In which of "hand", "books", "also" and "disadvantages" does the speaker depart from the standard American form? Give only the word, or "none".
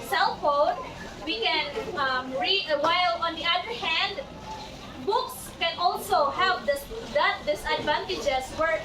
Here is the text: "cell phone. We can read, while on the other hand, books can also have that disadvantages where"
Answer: disadvantages